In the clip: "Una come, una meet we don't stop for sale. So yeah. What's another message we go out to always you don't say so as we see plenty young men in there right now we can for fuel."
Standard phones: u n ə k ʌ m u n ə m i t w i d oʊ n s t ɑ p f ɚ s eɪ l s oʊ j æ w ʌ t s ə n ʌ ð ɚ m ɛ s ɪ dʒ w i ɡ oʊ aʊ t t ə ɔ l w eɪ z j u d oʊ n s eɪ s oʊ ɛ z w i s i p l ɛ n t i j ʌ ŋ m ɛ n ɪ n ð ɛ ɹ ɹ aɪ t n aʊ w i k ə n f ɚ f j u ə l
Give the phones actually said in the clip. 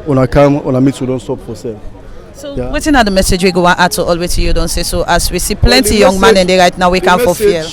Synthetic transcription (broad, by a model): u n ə k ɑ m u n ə m i t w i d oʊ n s t ɑ p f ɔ s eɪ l s oʊ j w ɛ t ə n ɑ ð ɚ m ɛ s ɪ dʒ w i ɡ oʊ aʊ t t ə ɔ l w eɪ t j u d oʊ n s eɪ s oʊ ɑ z w i s i p l ɛ n t i j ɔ ŋ m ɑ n ɪ n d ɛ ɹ ɹ aɪ t n aʊ w i k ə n f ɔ f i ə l